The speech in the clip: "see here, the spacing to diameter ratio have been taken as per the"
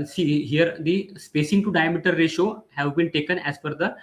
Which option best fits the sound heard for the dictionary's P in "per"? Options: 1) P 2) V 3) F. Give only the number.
3